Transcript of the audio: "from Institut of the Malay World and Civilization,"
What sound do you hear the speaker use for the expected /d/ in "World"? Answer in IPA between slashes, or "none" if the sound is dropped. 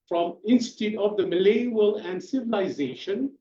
none